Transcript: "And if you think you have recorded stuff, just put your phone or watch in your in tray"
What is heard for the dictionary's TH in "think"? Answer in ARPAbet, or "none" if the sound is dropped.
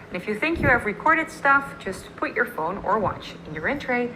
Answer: TH